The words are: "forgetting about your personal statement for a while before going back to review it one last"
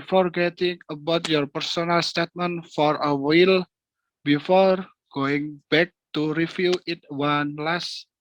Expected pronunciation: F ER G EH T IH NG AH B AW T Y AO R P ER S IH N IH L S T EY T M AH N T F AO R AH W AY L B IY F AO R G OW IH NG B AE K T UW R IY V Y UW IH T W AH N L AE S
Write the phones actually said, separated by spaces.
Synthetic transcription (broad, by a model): F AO G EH T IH NG AH B AW T Y AO R P ER S IH N IH L S T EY T M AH N F AO R AH W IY L B IY F AO R G OW IH NG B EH K T UW R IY F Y UW IH T W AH N L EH S